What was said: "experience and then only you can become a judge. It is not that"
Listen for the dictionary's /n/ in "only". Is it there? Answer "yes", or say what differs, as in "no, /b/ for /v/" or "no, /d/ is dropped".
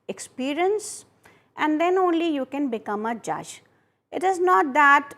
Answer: yes